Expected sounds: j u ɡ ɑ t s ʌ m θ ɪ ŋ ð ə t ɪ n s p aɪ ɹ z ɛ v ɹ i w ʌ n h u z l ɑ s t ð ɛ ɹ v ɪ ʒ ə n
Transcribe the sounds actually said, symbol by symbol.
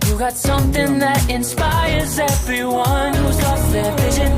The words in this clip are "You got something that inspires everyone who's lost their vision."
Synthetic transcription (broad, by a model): j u ɡ ɑ t s ʌ m θ ɪ ŋ ð ə t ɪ n s p aɪ ɹ z ɛ v ɹ i w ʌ n h u z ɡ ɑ t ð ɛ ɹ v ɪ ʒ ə n